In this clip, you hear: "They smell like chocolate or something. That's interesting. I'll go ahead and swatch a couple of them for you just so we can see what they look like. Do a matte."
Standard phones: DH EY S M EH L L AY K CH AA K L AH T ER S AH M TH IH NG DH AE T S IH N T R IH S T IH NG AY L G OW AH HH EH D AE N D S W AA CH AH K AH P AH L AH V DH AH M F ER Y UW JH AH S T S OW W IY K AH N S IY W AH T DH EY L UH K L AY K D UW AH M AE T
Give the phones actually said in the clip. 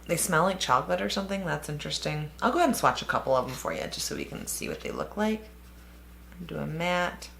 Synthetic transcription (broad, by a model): DH EY S M EH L L AY K CH AA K L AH T ER S AH M TH IH NG DH AE T S IH N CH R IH S T IH NG AY L G OW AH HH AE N S W AA CH AH K AH P L AH V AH M F ER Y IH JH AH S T S OW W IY K AH N S IY W AH T DH EY L UH K L AY K D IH AH M AE T